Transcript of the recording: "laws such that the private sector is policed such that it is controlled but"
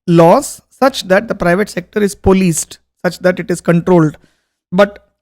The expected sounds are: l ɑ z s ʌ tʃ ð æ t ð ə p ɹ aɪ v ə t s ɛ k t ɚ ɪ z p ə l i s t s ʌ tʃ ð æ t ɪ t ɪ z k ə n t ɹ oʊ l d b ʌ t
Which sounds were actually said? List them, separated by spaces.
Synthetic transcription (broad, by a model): l ɑ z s ʌ tʃ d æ t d ə p ɹ aɪ v ə t s ɛ k t ɚ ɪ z p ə l i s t s ʌ tʃ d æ t ɪ t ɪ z k ə n t ɹ oʊ l d b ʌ t